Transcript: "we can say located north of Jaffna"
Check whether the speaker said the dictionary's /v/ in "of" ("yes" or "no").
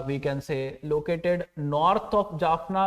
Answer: no